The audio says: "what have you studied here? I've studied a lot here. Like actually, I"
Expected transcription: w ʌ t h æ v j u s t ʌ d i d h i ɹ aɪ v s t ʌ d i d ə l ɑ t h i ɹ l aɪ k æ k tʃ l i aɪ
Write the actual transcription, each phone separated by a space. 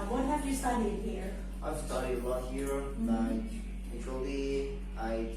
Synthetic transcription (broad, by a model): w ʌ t h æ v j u s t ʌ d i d h i ɹ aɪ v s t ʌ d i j ə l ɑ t h i ɹ n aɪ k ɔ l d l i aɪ